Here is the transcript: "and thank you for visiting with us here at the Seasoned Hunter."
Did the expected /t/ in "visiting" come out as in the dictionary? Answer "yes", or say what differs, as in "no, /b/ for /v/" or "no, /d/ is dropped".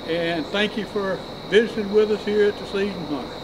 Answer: no, /s/ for /t/